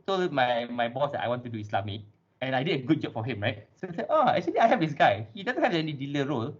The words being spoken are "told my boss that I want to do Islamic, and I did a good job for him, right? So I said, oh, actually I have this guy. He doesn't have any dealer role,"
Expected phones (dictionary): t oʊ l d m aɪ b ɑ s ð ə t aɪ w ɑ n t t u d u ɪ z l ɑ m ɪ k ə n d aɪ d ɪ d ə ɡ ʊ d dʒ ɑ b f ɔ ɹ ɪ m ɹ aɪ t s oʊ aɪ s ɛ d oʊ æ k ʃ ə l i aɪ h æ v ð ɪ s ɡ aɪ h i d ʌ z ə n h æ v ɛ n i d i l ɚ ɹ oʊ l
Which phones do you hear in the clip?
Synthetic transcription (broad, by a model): t oʊ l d m aɪ b ɑ s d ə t aɪ w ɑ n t t u d u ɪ s l ɑ m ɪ k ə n aɪ d ɪ d ə ɡ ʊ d dʒ ɑ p f ɔ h ɪ m ɹ aɪ t s oʊ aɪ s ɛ oʊ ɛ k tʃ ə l i aɪ h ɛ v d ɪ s ɡ aɪ h i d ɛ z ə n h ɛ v ɛ n i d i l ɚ ɹ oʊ l